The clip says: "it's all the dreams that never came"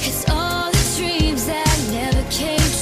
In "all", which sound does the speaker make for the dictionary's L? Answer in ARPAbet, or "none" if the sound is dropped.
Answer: L